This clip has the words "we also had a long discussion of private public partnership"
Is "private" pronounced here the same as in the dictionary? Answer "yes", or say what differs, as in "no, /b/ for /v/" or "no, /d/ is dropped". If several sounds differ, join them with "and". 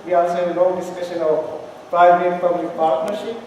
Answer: no, /b/ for /v/